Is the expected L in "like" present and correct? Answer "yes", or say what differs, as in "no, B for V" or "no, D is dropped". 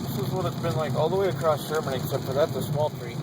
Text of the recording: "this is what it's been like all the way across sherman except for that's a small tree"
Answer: yes